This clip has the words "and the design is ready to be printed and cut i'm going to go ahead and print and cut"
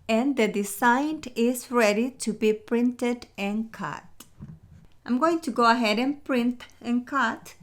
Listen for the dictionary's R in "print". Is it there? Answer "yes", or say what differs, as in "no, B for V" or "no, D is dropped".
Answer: yes